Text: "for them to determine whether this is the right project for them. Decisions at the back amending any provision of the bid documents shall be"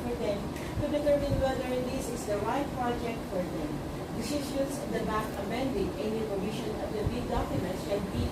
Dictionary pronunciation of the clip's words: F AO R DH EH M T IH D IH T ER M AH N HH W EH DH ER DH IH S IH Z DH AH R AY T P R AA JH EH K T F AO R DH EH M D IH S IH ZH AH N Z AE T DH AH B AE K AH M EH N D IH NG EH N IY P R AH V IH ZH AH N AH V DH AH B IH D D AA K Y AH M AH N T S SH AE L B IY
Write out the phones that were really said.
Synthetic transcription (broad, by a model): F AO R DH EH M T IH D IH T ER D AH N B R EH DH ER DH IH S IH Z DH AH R AY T P R AA JH EH K T F AO R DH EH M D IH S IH SH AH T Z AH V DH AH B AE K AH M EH N D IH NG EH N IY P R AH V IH SH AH N AH V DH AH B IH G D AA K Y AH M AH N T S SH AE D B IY